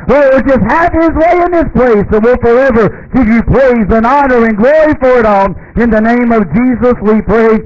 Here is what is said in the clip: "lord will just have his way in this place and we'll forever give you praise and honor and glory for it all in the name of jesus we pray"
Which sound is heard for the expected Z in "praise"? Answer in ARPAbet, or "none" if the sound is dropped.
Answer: Z